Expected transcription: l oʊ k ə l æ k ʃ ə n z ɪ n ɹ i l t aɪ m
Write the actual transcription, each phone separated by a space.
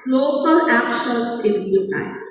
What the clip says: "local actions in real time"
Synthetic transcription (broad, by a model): l oʊ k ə l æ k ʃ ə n s ɪ n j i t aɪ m